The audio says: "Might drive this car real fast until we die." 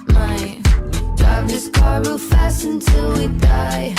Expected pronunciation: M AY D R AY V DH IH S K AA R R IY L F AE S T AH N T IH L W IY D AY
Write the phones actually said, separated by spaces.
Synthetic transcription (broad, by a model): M AY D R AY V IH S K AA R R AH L F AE S AH N T IH L W IY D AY